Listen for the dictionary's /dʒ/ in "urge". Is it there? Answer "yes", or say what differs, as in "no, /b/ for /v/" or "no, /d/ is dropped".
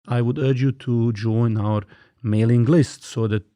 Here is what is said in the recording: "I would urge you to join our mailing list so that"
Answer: yes